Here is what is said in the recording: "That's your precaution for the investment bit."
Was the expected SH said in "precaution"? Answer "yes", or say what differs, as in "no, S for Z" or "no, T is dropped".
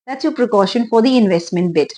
yes